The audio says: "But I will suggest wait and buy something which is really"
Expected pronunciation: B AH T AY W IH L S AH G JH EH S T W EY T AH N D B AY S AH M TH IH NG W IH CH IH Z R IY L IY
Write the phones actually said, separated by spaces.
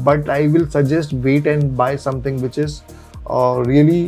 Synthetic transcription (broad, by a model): B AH T AY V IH L S AH G JH EH S T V EY T AH N D B AY S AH M T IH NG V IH CH IH Z R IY L IY